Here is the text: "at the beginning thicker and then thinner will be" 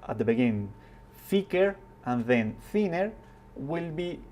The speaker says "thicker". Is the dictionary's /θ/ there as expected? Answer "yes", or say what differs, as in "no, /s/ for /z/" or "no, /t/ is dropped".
no, /f/ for /θ/